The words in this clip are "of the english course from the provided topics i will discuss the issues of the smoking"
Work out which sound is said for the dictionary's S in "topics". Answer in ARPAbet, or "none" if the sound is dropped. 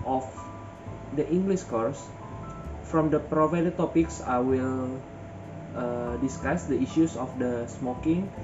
S